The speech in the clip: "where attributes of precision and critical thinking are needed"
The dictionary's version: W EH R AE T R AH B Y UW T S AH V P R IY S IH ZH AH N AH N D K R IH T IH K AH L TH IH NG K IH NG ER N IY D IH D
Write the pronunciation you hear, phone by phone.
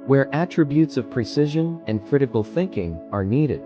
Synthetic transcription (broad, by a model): W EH R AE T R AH B Y UW T S AH V P R IY S IH ZH AH N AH N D K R IH T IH K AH L TH IH NG K IH NG ER N IY D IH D